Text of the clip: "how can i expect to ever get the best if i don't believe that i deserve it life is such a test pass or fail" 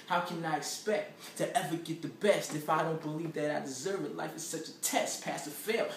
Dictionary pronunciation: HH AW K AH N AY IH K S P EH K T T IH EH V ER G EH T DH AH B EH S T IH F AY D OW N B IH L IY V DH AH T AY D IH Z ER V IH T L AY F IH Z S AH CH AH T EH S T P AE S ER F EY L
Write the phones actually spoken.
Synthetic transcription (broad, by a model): HH AW K AH N AY IH K S P EH K T T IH EH V ER G EH T DH AH B EH S T IH F AY D OW N B IH L IY V DH AH T AY D IH Z ER V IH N L AY F IH Z S AH CH AH T EH S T P AE S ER F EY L